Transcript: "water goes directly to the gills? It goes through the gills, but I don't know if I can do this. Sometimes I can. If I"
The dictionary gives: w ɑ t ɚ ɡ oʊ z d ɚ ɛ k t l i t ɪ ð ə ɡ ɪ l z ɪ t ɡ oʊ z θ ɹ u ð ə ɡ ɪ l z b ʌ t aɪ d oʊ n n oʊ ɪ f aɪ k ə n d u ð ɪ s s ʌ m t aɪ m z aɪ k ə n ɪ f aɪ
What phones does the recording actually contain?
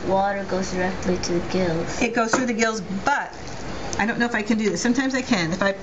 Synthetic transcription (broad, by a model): w ɑ t ɚ ɡ oʊ z d ɚ ɛ k t l i t ɪ ð ə ɡ ɪ l z ɪ t ɡ oʊ z θ ɹ u ð ə ɡ ɪ l z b ʌ t aɪ d oʊ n n oʊ ɪ f aɪ k ə n d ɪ ð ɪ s s ʌ m t aɪ m z aɪ k ə n ɪ f aɪ